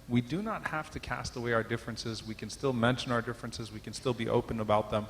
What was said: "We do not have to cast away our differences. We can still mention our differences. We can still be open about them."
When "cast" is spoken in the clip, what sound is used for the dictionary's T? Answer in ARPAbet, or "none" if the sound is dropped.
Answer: T